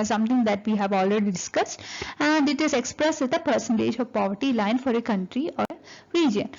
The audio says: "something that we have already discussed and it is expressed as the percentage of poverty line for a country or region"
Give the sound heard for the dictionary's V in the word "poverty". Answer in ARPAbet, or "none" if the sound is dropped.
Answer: V